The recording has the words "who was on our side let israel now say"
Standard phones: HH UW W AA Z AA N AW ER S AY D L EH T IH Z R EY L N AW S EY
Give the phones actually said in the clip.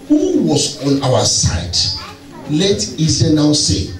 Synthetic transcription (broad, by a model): HH UW W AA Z AA N AW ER S AY D L EH T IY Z EY N AW S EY